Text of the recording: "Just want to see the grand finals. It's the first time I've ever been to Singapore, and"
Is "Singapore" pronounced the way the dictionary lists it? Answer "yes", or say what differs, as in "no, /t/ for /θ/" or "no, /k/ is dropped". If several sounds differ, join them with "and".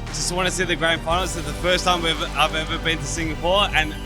no, /f/ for /p/